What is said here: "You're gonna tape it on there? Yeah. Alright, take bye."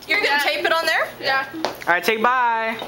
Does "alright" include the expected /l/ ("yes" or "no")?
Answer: no